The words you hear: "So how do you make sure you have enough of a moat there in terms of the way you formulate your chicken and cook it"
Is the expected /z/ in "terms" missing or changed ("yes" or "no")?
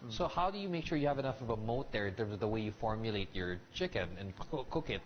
no